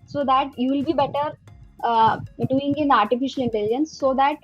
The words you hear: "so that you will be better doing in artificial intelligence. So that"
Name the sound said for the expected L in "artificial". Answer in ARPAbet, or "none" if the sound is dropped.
L